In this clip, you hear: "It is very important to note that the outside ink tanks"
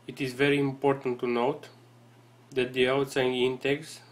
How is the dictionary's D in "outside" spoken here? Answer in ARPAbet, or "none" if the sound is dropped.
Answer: none